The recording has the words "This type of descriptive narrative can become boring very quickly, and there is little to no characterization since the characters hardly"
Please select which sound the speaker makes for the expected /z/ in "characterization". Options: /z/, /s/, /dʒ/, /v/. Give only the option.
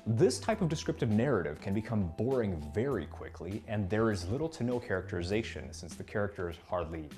/z/